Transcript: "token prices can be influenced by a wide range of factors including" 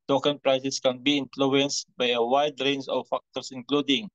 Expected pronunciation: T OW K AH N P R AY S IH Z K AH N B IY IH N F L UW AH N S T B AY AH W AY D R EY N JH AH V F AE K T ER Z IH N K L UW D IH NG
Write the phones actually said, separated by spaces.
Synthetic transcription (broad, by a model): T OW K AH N P R AY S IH S K AH N B IY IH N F L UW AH N S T B AY AH W AY D R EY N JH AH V F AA K T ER S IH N K L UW D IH NG